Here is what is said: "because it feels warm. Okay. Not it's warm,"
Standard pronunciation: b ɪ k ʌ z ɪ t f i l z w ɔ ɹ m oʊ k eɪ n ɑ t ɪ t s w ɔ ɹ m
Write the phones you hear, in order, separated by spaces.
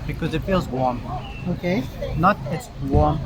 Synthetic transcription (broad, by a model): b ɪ k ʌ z ɪ t f i l z w ɔ ɹ m oʊ k eɪ n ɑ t ɪ t s w ɔ ɹ m